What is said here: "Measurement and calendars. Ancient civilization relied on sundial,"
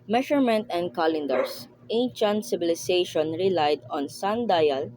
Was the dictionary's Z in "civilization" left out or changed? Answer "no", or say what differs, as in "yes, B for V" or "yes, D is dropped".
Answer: yes, S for Z